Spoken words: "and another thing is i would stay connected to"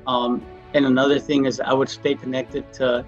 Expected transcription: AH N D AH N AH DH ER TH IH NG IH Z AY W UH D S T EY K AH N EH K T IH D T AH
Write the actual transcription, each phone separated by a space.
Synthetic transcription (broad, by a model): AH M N AH N AH DH ER TH IH NG IH Z AY W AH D S T EY K AH N EH K T IH D T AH